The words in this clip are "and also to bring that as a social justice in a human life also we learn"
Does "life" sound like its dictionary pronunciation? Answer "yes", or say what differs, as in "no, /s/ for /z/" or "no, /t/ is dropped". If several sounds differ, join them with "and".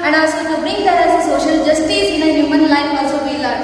no, /p/ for /f/